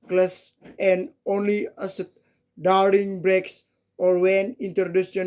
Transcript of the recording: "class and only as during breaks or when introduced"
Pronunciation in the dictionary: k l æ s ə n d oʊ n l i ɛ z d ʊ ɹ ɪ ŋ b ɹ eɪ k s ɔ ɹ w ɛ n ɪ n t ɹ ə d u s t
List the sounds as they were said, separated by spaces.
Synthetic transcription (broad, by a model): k l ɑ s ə n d oʊ n l i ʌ s d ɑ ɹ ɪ ŋ b ɹ eɪ k s ɔ ɹ w ɛ n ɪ n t ɹ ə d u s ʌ